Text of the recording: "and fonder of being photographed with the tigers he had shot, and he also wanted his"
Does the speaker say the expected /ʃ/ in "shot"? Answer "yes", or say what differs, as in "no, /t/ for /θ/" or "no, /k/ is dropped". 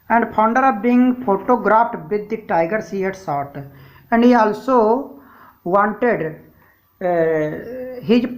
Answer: no, /s/ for /ʃ/